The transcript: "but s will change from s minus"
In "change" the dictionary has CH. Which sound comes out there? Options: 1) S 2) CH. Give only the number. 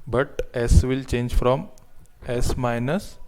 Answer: 2